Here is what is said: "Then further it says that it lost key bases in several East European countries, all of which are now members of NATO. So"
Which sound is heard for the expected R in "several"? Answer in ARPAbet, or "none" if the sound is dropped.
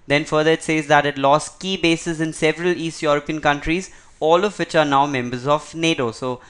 R